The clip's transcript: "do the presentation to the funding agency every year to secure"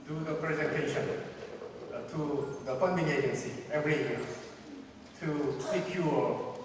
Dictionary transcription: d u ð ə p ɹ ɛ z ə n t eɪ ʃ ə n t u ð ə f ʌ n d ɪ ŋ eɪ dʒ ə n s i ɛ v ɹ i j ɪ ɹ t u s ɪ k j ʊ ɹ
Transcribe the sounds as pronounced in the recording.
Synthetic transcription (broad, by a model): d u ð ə p ɹ ɛ z ə n t eɪ ʃ ə n t u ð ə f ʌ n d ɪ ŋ eɪ dʒ ə n s i ɛ v ɹ i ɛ l t u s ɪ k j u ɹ